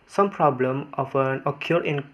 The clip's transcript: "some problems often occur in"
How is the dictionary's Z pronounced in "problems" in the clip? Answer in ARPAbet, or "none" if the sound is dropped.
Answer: none